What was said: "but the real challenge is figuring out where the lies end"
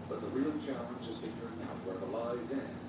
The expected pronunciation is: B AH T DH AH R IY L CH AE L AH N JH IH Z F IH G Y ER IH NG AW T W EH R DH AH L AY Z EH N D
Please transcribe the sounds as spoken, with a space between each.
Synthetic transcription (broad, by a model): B AH T DH AH R IY L CH AE L AH N JH IH Z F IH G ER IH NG AW T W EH R DH AH L AY Z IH N